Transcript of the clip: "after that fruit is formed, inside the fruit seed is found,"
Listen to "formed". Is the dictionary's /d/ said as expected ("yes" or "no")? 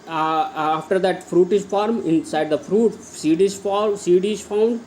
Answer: no